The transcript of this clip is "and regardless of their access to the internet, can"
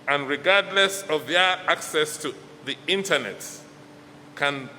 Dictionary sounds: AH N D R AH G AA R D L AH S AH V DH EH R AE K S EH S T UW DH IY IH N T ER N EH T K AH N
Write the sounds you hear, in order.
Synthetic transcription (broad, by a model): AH N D R AH G AA R D L AH S AH V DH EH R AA K S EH S T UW DH IY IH N T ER N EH T K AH N